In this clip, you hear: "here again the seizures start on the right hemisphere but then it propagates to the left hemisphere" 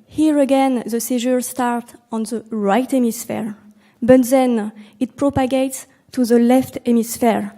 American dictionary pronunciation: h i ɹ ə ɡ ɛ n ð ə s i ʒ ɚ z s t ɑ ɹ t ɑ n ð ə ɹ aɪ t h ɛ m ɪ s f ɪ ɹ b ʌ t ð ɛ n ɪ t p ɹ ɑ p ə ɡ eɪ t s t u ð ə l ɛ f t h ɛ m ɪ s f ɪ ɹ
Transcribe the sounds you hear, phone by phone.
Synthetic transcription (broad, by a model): h i ɹ ə ɡ ɛ n ð ə s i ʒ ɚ s t ɑ ɹ t ɑ n ð ə ɹ aɪ t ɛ m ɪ s f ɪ ɹ b ʌ t ð ɛ n ɪ t p ɹ ɑ p ə ɡ eɪ t s t u ð ə l ɛ f t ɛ m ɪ s f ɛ ɹ